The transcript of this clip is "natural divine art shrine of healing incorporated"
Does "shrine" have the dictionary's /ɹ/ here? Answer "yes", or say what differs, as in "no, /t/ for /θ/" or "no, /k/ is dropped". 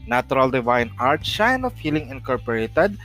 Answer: no, /ɹ/ is dropped